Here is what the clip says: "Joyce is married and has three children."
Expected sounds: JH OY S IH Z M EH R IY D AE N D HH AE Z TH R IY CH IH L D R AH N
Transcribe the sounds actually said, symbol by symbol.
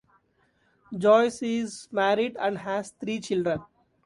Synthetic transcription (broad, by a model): JH OY S IH Z M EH R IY D AE N D HH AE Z T R IY CH IH L D R AH N